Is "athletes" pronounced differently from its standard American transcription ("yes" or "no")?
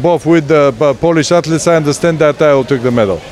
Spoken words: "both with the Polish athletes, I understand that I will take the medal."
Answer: yes